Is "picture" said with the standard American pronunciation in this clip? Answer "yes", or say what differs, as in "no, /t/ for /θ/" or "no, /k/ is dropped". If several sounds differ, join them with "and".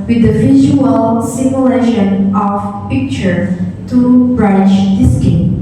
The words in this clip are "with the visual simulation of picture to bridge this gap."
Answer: yes